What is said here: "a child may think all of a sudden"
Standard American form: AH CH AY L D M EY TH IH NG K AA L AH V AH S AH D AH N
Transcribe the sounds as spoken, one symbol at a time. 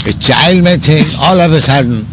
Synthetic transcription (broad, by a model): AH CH AY L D M EY T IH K AA L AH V AH S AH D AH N